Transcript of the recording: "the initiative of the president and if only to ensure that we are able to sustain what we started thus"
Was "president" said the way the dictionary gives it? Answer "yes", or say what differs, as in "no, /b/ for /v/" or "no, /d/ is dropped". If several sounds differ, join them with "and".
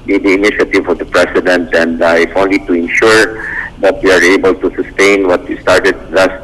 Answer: no, /s/ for /z/